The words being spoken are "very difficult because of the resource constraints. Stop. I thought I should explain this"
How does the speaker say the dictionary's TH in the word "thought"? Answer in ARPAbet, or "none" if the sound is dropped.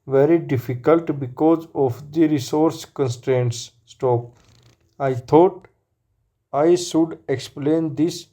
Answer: T